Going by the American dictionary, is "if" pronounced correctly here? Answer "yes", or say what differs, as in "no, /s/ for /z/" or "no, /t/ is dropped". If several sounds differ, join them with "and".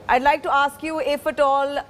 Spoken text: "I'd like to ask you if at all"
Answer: yes